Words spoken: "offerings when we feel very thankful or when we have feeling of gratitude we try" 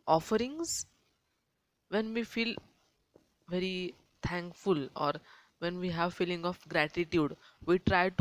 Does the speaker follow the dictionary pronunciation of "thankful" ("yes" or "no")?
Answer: no